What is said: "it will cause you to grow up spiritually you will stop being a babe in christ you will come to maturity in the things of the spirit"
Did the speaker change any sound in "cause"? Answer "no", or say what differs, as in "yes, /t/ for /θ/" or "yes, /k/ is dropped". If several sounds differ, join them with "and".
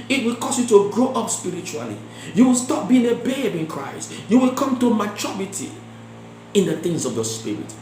yes, /s/ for /z/